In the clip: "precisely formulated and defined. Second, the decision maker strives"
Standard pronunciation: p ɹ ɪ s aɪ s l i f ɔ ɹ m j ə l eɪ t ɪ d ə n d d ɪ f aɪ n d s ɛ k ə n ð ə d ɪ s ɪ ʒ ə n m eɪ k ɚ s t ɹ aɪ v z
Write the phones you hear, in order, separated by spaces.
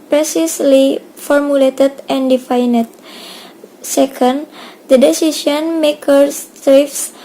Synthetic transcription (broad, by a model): p ɹ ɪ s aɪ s l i f ɔ ɹ m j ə l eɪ t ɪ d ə n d d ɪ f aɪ n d s ɛ k ə n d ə d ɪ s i s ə n m eɪ k ɚ s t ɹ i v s